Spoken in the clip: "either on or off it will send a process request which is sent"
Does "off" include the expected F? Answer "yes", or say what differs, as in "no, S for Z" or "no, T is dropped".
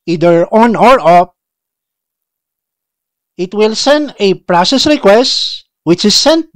no, P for F